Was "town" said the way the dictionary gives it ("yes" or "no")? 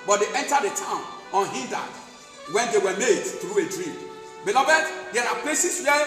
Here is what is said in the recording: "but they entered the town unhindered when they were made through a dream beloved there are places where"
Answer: yes